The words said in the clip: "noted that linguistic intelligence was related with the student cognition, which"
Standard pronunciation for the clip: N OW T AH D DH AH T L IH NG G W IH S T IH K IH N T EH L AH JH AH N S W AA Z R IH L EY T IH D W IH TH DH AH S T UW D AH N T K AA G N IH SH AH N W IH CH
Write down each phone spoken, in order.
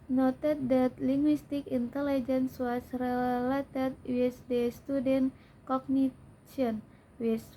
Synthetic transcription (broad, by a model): N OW T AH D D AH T L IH NG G W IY S T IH K IH N T EH L AH JH AH N S W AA S R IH L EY T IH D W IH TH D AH S T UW D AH N K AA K N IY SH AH N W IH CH